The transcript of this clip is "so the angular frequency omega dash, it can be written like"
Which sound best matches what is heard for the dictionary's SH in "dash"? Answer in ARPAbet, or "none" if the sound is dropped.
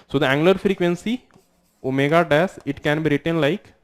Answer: S